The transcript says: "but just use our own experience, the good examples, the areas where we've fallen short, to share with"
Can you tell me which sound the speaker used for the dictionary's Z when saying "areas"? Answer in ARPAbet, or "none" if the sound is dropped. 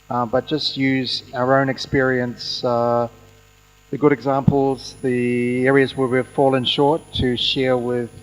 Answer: Z